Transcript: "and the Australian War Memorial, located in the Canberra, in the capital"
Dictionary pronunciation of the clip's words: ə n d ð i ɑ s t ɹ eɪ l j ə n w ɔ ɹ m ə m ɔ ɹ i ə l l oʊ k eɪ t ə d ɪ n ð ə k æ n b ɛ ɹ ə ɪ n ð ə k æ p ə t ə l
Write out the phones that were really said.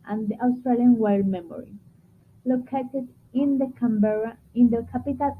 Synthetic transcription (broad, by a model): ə n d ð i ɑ s t ɹ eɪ l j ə n w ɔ l m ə m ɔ ɹ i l l oʊ k eɪ t ə d ɪ n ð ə k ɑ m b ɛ ɹ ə ɪ n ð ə k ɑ p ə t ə l